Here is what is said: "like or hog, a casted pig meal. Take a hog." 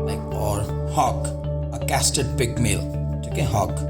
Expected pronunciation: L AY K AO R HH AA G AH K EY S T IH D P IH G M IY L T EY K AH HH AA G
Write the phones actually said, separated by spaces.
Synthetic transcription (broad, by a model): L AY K AO R HH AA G AH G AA S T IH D B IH G M IY L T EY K AH HH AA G